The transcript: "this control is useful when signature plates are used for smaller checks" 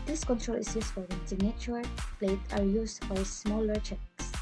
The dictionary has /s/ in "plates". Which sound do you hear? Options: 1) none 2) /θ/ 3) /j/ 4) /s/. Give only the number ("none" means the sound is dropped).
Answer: 1